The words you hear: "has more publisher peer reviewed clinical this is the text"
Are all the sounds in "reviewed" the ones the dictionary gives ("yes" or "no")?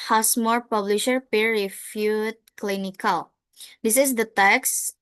no